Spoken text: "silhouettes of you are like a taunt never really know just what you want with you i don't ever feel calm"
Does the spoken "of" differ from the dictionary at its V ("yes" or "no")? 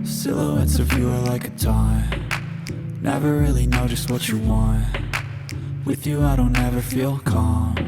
no